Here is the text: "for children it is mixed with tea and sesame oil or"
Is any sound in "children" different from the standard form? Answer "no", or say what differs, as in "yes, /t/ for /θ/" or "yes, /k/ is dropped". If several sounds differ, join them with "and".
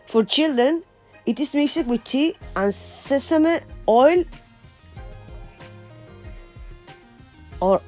yes, /ɹ/ is dropped